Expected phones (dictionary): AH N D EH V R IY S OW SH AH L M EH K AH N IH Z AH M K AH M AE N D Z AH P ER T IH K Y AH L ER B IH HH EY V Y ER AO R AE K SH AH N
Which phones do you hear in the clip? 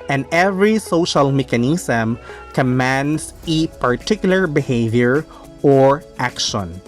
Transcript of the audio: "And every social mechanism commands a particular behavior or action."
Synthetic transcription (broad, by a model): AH N D EH V R IY S OW SH AH L M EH K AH N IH S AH M K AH M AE N D S AH P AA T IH K Y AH L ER B IH HH EY V Y ER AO R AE K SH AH N